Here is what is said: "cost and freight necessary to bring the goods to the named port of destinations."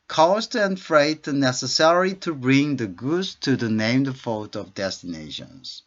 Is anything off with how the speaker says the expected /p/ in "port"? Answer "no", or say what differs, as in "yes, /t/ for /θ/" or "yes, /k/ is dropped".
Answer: yes, /f/ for /p/